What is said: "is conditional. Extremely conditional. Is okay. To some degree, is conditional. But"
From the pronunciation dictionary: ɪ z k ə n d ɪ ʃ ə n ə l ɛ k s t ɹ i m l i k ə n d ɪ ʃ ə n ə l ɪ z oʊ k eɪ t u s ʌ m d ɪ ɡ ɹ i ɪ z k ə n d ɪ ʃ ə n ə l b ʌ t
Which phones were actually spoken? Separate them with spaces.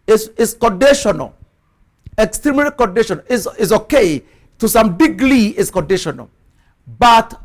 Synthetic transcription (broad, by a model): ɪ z k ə n d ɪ ʃ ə n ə l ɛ k s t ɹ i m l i k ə n d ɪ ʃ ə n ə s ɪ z oʊ k eɪ t u s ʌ m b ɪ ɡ l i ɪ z k ə n d ɪ ʃ ə n ə l b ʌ t